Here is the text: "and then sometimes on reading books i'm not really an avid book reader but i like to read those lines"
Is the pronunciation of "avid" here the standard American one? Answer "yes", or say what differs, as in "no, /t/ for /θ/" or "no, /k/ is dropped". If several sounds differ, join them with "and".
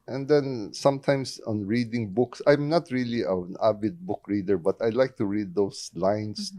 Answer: no, /b/ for /v/